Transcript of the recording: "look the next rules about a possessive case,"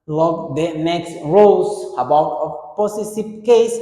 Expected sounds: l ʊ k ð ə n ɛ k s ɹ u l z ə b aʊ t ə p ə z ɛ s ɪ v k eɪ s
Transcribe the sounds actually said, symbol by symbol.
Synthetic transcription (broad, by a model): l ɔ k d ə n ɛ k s ɹ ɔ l s ə b aʊ t ə p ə s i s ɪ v k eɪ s